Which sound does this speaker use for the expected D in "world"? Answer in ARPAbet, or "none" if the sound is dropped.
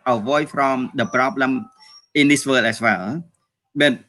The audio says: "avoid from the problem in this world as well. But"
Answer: none